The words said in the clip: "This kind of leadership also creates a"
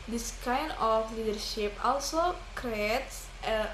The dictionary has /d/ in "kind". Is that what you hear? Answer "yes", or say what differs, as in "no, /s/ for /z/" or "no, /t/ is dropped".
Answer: no, /d/ is dropped